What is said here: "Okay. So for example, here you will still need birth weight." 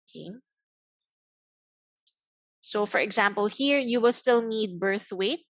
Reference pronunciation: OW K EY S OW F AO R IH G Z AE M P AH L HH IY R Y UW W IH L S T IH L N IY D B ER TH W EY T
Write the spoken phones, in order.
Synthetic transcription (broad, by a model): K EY S OW F AO R IH G Z AE M P AH L HH IY R Y UW W IH L S T IH L N IY D B ER TH W EY T